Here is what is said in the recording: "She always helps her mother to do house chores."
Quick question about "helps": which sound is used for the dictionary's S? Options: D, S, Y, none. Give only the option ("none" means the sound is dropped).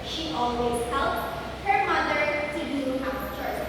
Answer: none